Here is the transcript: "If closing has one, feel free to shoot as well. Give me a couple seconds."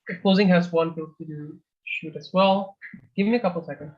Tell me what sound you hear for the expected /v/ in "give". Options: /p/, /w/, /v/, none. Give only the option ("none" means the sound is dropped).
/v/